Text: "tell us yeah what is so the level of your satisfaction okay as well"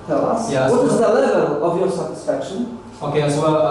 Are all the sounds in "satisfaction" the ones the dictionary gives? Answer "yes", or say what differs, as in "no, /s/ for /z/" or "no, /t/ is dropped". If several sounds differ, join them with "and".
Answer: yes